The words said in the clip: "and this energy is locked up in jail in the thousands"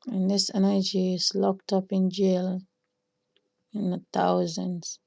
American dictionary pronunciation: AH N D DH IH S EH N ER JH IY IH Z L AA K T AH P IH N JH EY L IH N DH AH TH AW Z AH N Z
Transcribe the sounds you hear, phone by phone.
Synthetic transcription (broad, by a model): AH N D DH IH S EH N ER JH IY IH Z L AA K T AH P IH N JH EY L IH N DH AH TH AW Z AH N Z